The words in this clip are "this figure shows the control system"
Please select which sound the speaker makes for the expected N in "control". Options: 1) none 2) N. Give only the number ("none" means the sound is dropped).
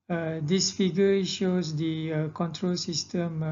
2